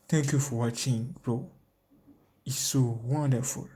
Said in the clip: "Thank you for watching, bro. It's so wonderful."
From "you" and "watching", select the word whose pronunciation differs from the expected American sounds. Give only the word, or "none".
none